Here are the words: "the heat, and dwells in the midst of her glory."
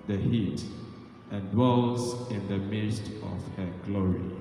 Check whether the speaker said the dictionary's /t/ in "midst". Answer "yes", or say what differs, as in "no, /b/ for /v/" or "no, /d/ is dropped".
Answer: yes